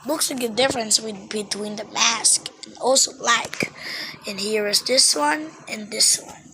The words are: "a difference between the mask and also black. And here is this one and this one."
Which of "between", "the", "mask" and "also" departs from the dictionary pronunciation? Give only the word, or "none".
none